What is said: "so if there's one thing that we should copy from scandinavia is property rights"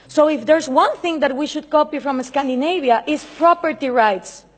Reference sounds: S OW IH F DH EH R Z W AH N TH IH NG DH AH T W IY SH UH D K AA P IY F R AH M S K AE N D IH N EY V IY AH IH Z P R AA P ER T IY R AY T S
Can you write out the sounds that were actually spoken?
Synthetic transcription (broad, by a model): S OW IH F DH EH R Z W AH N TH IH NG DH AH T W IY SH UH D K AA P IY F R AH M S K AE N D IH N EY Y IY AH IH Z P R AA P ER T IY R AY T S